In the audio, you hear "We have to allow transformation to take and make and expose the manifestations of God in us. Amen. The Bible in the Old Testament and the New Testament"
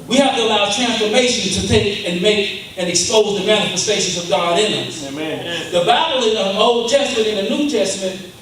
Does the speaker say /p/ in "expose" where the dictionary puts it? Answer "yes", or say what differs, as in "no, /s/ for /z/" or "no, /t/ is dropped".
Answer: yes